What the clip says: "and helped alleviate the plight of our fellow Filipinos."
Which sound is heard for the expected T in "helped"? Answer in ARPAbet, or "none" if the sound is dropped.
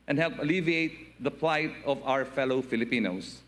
none